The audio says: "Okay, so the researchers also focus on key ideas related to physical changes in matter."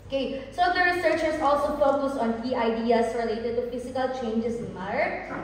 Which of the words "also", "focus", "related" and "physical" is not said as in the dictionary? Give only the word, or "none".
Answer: physical